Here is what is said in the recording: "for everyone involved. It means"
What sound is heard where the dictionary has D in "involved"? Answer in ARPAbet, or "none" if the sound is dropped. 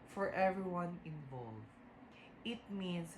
none